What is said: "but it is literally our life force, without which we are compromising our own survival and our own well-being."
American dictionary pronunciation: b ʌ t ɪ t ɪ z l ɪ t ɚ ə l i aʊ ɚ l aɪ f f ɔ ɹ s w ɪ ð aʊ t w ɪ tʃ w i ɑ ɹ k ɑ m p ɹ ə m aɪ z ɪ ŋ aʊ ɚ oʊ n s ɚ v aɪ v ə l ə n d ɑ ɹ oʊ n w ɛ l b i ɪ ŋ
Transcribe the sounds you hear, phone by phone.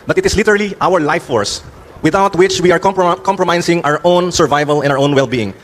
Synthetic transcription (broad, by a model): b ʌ t ɪ t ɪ s l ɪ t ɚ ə l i aʊ ɚ l aɪ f f ɔ ɹ s w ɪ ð aʊ t w ɪ tʃ w i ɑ ɹ k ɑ m p ɹ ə m aɪ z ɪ ŋ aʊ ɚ oʊ n s ɚ v aɪ v ə l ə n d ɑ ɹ oʊ n w ɛ l b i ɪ ŋ